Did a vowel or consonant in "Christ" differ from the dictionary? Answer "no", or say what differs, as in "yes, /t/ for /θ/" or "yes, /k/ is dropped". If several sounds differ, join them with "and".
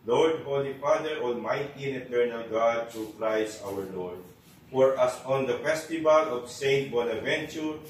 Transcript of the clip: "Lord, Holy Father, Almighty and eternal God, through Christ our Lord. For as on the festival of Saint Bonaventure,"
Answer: yes, /t/ is dropped